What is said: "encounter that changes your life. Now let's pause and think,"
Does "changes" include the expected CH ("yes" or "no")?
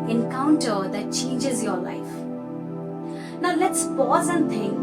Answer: yes